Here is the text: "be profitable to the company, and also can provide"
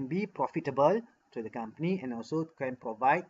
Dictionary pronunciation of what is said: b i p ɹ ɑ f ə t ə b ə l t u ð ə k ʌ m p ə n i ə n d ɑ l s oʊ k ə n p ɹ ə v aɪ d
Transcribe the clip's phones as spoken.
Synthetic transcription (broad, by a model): b i p ɹ ɑ f ə t ə b ə l t u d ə k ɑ m p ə n i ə n ɑ l s oʊ k ə n p ɹ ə v aɪ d